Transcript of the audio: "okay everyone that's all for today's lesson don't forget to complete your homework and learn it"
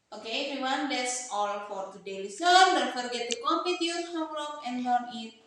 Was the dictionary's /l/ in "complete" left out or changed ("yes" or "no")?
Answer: yes